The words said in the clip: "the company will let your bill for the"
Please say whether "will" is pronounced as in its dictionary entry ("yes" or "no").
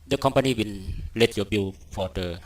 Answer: no